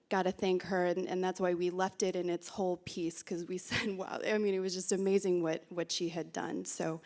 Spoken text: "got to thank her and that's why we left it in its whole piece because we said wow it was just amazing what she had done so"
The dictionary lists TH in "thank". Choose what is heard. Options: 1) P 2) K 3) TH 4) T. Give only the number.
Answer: 3